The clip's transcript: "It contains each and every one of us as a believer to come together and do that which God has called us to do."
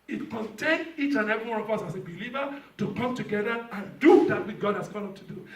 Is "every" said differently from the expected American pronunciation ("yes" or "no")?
yes